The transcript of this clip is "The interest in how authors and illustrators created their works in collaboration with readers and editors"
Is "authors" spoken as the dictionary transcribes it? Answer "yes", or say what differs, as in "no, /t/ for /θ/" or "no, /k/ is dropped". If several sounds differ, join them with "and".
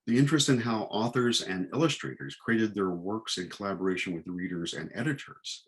yes